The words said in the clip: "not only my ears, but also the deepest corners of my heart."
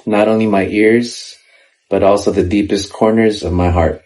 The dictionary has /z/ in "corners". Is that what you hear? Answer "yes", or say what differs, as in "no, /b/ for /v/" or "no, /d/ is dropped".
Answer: yes